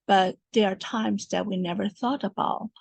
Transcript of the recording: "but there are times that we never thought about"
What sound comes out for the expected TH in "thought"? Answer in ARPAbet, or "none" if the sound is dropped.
TH